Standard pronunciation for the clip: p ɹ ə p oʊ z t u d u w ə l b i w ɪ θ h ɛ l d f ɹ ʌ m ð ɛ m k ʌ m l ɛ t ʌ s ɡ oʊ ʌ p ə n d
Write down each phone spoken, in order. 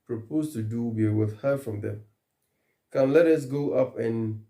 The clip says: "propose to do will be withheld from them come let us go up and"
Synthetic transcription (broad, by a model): p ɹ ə p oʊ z t u d u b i w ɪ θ h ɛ f ɹ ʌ m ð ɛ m k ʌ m l ɛ t ʌ s ɡ oʊ ʌ p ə n